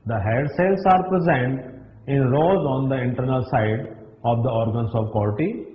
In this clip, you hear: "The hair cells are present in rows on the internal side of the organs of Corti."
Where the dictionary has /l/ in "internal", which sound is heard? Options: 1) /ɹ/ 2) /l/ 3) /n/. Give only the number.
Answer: 2